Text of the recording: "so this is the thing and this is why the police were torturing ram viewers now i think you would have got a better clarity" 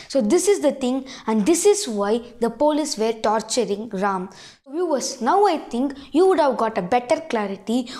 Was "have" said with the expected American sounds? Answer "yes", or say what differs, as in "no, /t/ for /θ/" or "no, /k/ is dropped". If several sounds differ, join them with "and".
yes